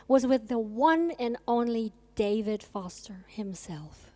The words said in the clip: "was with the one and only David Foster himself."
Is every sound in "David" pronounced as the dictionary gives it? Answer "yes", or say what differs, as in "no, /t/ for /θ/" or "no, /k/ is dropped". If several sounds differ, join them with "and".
yes